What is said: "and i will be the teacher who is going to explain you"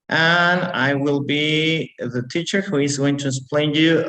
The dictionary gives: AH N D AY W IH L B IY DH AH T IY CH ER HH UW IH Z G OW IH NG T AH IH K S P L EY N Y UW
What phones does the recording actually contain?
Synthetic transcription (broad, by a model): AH N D AY W IH L B IY DH AH T IY CH ER HH UW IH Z G OW IH NG T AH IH S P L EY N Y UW